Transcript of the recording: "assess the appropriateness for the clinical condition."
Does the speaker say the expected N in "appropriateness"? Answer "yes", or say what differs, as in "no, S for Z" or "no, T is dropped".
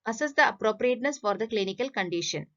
yes